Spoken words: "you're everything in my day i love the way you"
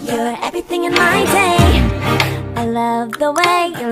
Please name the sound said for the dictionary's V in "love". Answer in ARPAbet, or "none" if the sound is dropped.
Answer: V